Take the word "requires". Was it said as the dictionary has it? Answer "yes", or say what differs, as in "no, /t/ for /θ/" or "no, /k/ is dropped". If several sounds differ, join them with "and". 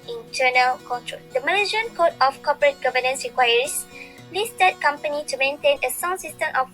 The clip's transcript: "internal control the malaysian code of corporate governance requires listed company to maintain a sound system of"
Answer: no, /s/ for /z/